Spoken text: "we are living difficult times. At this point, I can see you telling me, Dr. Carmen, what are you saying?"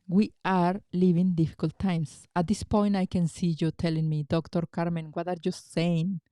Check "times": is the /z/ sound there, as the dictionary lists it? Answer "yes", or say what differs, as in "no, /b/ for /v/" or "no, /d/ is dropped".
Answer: no, /s/ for /z/